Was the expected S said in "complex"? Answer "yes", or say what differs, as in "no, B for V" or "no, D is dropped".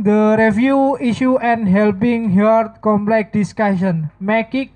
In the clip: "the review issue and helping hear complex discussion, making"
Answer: no, S is dropped